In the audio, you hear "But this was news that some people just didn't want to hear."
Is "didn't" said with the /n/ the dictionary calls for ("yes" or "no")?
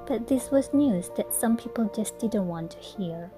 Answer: yes